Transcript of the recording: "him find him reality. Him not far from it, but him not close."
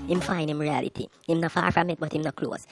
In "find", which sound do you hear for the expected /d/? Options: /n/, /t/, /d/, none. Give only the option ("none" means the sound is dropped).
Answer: none